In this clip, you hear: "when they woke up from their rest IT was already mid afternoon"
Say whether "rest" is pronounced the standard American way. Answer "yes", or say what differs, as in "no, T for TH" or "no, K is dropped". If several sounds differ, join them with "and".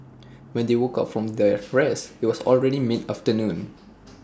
no, T is dropped